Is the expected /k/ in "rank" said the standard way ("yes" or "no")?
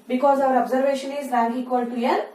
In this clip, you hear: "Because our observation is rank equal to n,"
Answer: no